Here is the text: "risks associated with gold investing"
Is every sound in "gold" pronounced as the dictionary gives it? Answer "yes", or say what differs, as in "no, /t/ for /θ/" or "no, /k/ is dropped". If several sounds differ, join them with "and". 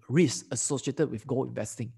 no, /d/ is dropped